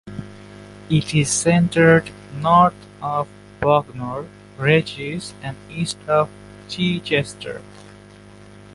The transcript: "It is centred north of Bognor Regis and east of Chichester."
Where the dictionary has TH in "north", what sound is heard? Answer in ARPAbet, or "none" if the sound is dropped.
T